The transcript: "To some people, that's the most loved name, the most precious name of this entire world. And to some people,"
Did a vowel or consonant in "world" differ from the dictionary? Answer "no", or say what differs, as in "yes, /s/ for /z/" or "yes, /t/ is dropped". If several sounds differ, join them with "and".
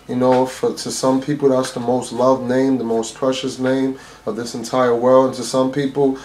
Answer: no